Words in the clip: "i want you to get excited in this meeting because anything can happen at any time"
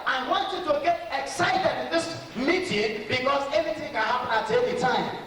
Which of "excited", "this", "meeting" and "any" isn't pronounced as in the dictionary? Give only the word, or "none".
any